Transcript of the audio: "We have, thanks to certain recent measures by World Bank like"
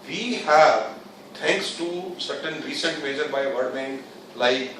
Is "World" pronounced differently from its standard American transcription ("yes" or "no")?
yes